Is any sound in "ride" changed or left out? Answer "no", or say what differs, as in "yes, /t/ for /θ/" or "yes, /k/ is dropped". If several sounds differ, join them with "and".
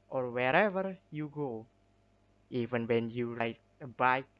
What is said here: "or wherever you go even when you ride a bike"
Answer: yes, /l/ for /ɹ/